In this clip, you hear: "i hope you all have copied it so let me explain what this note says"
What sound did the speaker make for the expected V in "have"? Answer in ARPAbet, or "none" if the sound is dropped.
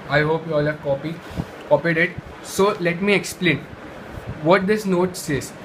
P